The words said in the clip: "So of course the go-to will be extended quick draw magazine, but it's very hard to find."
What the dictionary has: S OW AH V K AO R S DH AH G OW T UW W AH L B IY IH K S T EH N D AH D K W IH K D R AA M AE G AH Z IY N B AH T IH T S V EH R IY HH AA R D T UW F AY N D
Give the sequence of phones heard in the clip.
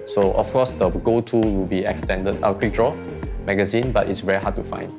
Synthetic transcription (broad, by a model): S OW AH F K AO S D AH G OW T UW W AH L B IY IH K S T EH N D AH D K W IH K D R AA M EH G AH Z IY N B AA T IH T S V EH R IY HH AA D T UW F AY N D